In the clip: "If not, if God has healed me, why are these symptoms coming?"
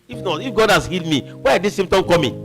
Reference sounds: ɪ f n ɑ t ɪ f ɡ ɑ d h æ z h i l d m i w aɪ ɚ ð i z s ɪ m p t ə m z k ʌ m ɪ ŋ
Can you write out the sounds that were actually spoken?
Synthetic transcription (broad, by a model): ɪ f n ɑ t ɪ f ɡ ɑ d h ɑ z h i l d m i w aɪ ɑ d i s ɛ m t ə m k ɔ m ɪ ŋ